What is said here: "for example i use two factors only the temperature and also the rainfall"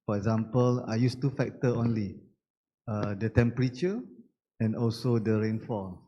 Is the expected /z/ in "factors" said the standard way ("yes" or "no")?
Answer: no